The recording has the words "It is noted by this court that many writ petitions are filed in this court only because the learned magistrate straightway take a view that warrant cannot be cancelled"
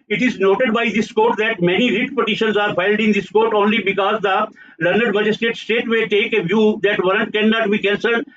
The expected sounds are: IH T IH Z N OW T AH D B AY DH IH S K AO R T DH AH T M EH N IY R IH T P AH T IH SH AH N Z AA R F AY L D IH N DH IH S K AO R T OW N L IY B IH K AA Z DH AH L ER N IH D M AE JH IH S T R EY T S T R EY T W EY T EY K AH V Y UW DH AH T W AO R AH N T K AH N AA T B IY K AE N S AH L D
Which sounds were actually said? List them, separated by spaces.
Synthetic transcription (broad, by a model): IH T IH Z N OW T AH D B AY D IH S K AO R T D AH T M EH N IY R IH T P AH T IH SH AH N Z AA R F AY L D IH N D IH S K AO R T OW N L IY B IH K AA Z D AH L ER N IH D M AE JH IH S T EY T S T EY T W EY T EY K AH V Y UW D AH T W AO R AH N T K AH N AA T B IY K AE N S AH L